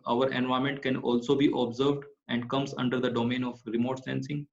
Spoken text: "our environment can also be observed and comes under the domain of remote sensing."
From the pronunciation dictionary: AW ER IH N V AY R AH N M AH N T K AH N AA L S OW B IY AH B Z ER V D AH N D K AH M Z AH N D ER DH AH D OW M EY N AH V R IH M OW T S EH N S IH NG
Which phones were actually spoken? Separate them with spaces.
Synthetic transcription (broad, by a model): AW ER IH N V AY AH M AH N T K AH N AA L S OW B IY AH B Z ER V D AH N D K AH M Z AH N D ER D AH D OW M EY N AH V R IH M OW T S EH N S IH NG